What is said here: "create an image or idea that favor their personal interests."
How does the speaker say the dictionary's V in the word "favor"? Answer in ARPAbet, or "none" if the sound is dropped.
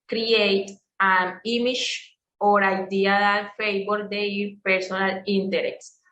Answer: B